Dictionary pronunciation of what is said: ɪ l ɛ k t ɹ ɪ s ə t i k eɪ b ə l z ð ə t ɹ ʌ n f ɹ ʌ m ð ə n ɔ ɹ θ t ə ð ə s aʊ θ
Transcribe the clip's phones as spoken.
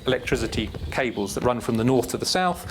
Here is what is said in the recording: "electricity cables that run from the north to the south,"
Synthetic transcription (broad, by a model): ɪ l ɛ k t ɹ ɪ s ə t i k eɪ b ə l z ð ə t ɹ ʌ n f ɹ ʌ m ð ə n ɔ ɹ θ t ə ð ə s aʊ θ